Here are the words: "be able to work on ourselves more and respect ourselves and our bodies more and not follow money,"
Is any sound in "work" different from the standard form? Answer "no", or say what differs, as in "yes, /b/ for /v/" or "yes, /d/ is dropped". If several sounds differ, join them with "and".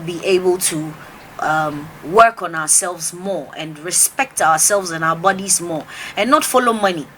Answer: no